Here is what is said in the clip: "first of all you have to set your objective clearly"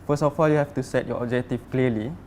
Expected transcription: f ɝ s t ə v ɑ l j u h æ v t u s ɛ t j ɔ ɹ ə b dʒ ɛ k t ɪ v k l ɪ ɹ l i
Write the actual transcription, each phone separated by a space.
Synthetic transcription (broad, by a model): f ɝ s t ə f ɑ l j u h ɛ f t u s ɛ t j ɔ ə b dʒ ɛ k t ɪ f k l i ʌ l i